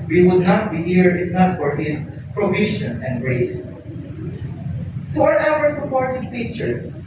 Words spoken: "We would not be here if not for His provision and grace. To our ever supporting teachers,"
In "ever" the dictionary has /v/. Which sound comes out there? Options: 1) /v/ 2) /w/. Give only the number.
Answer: 2